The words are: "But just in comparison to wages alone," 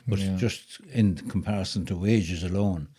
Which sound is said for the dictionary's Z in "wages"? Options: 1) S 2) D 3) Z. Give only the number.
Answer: 3